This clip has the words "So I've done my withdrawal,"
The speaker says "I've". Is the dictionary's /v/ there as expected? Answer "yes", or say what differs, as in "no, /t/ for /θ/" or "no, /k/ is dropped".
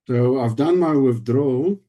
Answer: yes